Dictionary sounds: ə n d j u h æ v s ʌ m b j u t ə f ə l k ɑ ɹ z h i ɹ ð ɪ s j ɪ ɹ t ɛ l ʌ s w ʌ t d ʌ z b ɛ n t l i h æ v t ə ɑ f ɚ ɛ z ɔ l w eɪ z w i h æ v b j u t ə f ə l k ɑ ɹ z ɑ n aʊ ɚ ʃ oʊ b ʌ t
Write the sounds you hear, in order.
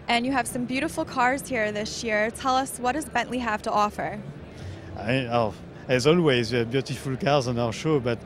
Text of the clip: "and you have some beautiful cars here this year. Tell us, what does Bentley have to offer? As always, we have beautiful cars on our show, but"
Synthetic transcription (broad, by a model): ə n j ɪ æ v s ʌ m b j u t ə f l k ɑ ɹ z h i ɹ ð ɪ s j ɪ ɹ t ɛ l ʌ s w ʌ t d ʌ z b ɛ n t l i h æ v t ə ɑ f ɚ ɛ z ɔ l w eɪ z w i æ v b j u t ə f ə l k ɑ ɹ z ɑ n aʊ ɚ ʃ oʊ b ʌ t